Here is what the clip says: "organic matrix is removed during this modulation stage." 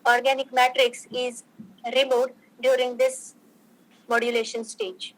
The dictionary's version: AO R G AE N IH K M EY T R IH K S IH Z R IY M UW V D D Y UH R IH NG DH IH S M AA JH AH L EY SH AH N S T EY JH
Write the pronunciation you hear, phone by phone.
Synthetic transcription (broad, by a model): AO R G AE N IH K M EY T R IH K S IH Z R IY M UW D D Y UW R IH NG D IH S M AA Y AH L EY SH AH N S T EY JH